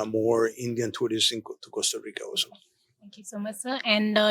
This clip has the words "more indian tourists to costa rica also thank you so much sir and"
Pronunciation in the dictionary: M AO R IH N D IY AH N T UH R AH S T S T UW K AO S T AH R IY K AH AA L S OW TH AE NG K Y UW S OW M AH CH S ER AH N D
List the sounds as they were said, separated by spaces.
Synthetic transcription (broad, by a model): M AO R IH N D IY AH N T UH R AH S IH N T UW K AO S T AH R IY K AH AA S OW T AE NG K Y UW S OW M AH CH S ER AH N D